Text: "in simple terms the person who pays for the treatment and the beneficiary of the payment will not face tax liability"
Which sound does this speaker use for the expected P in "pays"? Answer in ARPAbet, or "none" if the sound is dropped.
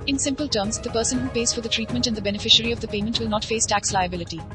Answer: P